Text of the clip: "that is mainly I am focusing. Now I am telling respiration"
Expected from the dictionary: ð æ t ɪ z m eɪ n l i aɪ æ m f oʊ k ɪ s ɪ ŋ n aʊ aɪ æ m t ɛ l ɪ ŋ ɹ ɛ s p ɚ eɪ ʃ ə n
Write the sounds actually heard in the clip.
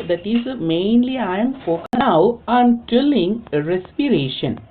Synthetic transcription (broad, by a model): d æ t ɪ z m eɪ n l i aɪ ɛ m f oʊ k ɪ ɪ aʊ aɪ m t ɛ l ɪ ŋ ɹ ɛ s p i eɪ ʃ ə n